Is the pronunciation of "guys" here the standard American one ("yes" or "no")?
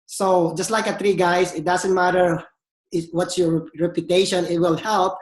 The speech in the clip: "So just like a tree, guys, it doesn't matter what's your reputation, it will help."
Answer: no